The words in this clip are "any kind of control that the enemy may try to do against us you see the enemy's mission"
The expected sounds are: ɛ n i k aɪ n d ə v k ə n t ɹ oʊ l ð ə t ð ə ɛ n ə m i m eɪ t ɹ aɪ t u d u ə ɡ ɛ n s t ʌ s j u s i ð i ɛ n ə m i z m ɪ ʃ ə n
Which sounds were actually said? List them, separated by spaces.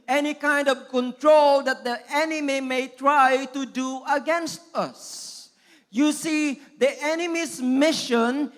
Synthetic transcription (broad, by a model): ɛ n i k aɪ n d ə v k ə n t ɹ oʊ l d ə t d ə ɛ n ə m i m eɪ t ɹ aɪ t u d u ə ɡ ɛ n s t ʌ s j u s i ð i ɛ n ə m i s m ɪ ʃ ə n